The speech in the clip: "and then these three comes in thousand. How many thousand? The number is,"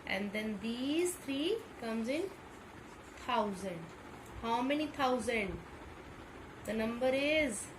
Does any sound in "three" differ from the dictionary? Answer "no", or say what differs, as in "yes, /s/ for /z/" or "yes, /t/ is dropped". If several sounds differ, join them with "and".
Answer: yes, /t/ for /θ/